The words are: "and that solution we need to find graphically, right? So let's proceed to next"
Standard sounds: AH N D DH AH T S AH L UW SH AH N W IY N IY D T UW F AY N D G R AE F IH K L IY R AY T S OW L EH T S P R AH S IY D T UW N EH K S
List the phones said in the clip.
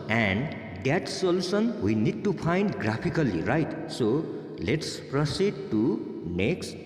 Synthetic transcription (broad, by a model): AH N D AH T S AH L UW S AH N W IY N IY D T UW P AY N D G R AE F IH K L IY R AY T S OW L EH T S P R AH S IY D T UW N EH K S